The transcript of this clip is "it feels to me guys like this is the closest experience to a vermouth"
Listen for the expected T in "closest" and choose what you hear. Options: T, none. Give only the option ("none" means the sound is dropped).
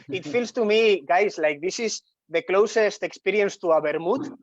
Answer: T